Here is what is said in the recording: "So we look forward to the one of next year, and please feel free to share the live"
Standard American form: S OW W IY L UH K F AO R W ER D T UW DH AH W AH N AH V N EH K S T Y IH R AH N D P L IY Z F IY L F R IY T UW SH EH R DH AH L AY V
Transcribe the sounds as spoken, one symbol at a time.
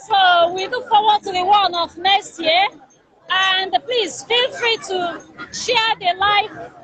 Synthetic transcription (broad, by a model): S OW W IY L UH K F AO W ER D T UW DH AH W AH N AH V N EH S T Y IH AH N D P L IY Z F IY L F R IY T UW SH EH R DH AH L AY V